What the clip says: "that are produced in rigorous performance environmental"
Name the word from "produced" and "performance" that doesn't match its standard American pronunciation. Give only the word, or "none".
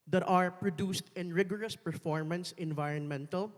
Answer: none